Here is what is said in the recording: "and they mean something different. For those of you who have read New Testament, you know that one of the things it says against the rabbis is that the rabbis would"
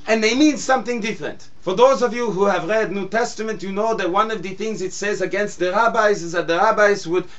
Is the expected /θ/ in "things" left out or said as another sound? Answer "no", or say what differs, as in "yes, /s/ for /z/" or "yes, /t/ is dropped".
no